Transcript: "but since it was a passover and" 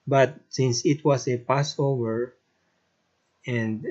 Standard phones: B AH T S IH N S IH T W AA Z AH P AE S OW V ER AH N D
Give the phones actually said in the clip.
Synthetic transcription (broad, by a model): B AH T S IH N S IH T W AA S AH P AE S OW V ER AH N D